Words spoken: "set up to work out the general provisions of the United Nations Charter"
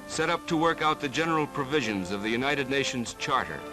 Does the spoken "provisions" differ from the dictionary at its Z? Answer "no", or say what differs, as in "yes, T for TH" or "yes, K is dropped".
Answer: no